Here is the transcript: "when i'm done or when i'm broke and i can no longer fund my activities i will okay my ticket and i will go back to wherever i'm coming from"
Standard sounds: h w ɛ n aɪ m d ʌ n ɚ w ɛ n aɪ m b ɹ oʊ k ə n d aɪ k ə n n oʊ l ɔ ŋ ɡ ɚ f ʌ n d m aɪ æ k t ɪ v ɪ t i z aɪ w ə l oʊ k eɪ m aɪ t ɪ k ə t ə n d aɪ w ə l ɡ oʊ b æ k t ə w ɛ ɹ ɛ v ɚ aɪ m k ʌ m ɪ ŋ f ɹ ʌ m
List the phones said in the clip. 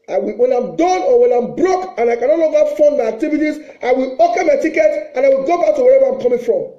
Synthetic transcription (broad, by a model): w w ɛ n aɪ m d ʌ n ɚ w ɛ n aɪ m b ɹ oʊ k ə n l aɪ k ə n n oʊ n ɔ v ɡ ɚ f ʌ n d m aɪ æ k t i v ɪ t i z aɪ w ə l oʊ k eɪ m aɪ t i k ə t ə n aɪ w ə l ɡ oʊ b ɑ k t ə w ɛ ɹ ɛ v ɚ aɪ m k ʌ m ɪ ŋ f ɹ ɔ m